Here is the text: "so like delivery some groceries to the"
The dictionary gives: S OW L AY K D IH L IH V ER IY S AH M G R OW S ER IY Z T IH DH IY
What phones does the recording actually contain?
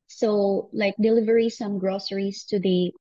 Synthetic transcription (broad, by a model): S OW L AY K D IH L IH V ER IY S AH M G R OW S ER IY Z T IH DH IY